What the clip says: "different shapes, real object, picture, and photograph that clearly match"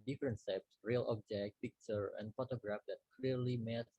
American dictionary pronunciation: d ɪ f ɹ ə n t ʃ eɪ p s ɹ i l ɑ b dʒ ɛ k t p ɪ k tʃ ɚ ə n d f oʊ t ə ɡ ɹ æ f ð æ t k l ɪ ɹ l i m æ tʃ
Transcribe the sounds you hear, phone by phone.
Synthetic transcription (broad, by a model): d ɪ f ɹ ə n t s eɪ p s ɹ i l ɑ b dʒ ɛ k t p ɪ k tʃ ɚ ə n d f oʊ t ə ɡ ɹ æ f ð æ t k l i ɹ l i m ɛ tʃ